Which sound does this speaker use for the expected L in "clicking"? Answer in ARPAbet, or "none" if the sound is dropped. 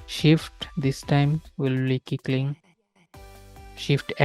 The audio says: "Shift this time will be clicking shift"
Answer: none